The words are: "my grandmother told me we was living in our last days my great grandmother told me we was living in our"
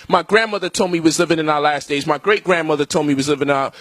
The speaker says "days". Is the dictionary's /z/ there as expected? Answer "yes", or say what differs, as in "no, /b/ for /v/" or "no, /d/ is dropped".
yes